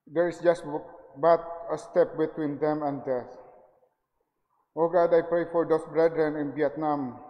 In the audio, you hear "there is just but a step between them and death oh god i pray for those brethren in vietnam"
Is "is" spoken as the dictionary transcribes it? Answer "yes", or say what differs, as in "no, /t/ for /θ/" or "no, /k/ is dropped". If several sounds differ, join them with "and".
no, /s/ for /z/